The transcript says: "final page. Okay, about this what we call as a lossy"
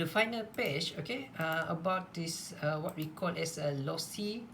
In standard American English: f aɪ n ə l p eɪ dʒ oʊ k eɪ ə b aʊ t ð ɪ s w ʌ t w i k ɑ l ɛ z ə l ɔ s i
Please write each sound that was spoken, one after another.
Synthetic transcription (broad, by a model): f aɪ n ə l p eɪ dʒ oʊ k eɪ ə b aʊ t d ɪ s w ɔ t w i k ɑ l ɛ s ə l ɔ s i